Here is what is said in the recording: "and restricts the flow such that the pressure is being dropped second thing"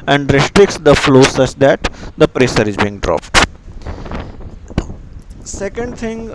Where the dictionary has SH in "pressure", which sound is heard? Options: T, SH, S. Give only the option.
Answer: S